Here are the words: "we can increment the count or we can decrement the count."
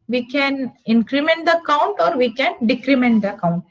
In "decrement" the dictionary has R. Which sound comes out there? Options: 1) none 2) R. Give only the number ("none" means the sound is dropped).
2